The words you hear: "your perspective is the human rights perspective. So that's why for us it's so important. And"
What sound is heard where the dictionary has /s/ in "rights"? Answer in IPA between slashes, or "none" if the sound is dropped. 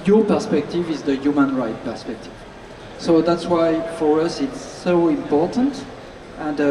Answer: none